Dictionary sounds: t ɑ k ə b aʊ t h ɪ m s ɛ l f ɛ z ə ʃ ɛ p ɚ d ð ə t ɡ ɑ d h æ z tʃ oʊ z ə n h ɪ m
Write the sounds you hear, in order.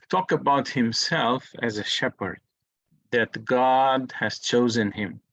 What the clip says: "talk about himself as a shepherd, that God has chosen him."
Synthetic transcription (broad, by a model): t ɑ k ə b aʊ t h ɪ m s ɛ l f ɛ z ə ʃ ɛ p ɚ d ð ə t ɡ ɑ d h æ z tʃ oʊ z ə n h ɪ m